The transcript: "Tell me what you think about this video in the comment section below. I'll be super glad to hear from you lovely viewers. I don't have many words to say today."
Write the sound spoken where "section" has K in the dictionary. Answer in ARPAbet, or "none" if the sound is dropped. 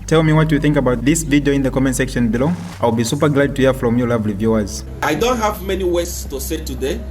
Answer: K